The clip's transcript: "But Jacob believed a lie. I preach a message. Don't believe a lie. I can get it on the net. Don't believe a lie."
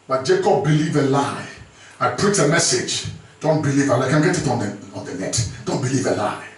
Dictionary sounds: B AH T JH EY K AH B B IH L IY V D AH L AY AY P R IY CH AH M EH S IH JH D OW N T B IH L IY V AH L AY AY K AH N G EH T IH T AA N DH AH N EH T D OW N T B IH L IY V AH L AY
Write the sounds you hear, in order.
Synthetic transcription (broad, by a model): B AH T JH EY K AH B B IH L IY V AH L AY AY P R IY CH AH M EH S IH JH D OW N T B IH L IY V AH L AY AY K AH N G EH T IH T AA N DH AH N EH T D OW N T B IH L IY V AH L AY